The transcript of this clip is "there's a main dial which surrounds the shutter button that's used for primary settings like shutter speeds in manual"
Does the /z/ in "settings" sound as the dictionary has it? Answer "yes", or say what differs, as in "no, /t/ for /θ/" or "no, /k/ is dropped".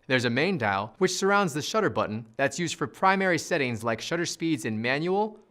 yes